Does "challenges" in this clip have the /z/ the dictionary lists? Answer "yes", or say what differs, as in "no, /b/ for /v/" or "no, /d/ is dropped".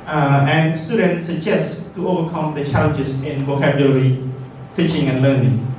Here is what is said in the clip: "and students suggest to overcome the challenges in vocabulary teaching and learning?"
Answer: no, /s/ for /z/